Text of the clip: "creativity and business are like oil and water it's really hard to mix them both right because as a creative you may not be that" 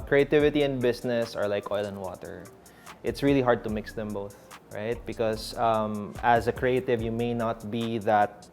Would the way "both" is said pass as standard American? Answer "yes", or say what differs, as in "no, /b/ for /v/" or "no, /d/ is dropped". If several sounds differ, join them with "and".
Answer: yes